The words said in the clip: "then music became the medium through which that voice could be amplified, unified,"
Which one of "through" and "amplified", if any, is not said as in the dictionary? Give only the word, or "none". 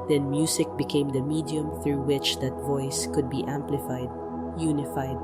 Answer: none